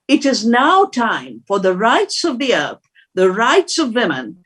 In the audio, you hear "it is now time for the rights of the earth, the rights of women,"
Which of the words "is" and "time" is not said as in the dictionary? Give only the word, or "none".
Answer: none